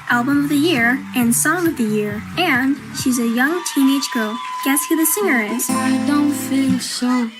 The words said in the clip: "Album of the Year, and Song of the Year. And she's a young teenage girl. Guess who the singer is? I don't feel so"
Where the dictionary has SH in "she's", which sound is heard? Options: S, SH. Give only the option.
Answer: SH